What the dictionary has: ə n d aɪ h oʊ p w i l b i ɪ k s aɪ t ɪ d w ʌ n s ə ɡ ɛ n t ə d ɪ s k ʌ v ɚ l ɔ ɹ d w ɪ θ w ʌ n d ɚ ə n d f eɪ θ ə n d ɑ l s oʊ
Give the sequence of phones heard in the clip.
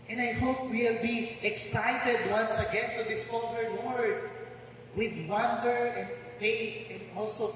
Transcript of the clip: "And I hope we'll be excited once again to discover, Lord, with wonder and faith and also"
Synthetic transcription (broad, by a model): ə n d aɪ h oʊ p w i l b i ɪ k s aɪ t ɪ d w ʌ n s ə ɡ ɛ n t ə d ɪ s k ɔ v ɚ w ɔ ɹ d w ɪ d w ʌ n d ɚ ə n d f eɪ t ə n d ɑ l s oʊ